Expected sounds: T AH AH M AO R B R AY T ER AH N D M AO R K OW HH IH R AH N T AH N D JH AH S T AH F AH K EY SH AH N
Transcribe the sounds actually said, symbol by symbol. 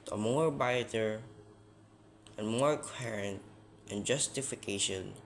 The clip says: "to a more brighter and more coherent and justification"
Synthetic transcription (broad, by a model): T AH AH M AO R B AY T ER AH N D M AO R K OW HH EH R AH N T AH N JH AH S T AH F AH K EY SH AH N